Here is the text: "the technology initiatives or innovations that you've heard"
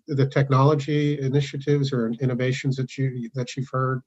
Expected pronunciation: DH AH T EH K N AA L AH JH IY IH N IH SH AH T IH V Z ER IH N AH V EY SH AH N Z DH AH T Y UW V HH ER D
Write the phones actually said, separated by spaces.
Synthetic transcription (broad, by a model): DH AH T EH K N AA L AH JH IY IH N IH SH AH T IH V Z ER IH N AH V EY SH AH N Z DH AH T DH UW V HH ER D